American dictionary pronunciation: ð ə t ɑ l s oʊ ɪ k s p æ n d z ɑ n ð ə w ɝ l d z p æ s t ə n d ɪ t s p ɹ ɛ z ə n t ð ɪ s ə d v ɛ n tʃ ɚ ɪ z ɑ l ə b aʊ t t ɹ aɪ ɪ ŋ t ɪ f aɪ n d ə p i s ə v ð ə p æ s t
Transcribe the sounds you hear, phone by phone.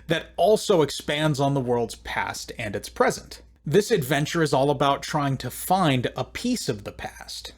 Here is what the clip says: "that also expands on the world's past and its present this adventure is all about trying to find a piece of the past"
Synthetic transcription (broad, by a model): ð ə t ɑ l s oʊ ɪ k s p æ n d z n ð ə w ɝ l d z p æ s t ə n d ɪ t s p ɹ ɛ z ə n t ð ɪ s ə d v ɛ n tʃ ɚ ɪ z ɑ l ə b aʊ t t ɹ aɪ ɪ ŋ t ɪ f aɪ n d ə p i s ə v ð ə p æ s t